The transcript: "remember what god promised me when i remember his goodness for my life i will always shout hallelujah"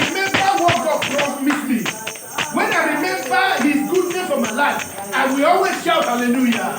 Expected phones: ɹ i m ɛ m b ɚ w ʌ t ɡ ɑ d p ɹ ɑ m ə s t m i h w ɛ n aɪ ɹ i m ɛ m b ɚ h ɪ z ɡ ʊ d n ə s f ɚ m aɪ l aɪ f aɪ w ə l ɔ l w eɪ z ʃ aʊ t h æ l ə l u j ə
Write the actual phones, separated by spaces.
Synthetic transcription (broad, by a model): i m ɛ m b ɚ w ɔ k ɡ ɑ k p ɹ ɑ m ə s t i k w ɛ n aɪ ɹ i m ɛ m b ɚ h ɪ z ɡ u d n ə f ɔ m aɪ l aɪ f aɪ w ə l ɔ l w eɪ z ʃ aʊ t h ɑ l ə l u j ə